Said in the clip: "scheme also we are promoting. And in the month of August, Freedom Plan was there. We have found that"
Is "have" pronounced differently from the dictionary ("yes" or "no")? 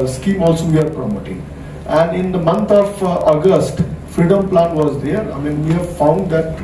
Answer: no